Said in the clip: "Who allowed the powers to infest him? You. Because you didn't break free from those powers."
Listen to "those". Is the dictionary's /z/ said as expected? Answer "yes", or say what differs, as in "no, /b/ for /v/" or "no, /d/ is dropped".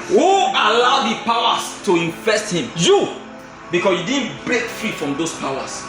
no, /s/ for /z/